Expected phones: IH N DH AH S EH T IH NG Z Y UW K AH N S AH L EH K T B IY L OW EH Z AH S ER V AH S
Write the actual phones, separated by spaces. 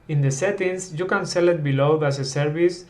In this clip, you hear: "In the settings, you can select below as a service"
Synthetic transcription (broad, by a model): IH N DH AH S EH T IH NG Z Y UW K AH N S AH L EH T B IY L OW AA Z AH S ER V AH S